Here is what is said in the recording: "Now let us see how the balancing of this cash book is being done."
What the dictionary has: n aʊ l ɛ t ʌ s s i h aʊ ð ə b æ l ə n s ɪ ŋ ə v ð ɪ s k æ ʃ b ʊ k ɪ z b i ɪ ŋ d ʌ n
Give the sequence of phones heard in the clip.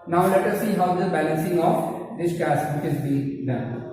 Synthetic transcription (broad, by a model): n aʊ l ɛ t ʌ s s i h aʊ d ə b æ l ə n s ɪ ŋ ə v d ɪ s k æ s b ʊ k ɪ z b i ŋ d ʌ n